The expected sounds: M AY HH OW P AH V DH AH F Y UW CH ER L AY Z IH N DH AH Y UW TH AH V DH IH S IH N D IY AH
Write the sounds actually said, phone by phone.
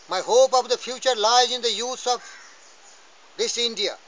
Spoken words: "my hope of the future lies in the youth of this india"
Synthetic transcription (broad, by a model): M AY HH OW P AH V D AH F Y UW CH ER L AY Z IH N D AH Y UW S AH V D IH S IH N D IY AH